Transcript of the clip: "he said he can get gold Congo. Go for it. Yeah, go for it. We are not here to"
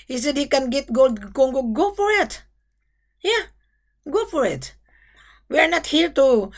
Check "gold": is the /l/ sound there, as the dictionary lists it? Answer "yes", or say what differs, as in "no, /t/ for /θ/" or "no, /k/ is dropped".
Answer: yes